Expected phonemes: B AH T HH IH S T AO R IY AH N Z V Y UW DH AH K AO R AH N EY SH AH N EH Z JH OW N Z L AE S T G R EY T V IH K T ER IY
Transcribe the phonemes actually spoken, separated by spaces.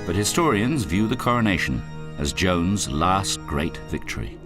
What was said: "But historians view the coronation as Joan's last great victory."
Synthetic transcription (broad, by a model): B AH T HH IH S T AO R IY AH N Z V Y UW DH AH K AO R AH N EY SH AH N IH Z JH OW N Z L AE S T G R EY T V IH K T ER IY